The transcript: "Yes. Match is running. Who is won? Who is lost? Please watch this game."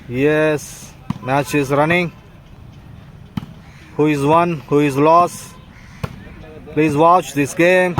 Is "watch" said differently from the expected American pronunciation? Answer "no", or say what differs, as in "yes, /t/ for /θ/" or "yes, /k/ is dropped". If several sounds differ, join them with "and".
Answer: no